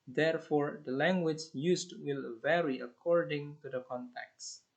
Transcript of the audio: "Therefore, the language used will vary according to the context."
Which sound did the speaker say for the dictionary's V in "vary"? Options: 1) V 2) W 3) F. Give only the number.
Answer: 1